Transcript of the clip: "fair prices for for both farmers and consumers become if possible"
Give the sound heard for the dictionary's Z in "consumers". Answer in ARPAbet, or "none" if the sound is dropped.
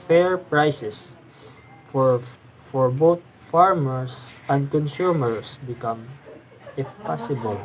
S